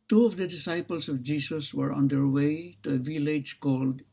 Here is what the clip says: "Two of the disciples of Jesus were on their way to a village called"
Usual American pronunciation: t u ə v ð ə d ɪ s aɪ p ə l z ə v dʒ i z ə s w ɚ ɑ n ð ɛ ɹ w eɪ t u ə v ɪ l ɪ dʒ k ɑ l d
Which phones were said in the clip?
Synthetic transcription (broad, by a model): t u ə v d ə d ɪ s aɪ p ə l s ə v dʒ i s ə s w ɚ ɑ n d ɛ ɹ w eɪ t u ə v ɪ l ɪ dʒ k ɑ l d